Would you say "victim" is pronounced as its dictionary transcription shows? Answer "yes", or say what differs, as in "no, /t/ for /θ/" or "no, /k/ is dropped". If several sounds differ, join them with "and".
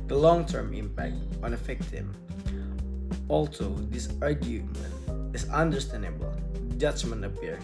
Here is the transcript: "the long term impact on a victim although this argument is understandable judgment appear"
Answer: no, /f/ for /v/